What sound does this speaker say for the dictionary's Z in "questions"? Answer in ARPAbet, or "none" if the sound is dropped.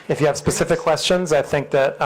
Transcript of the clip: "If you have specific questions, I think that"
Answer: Z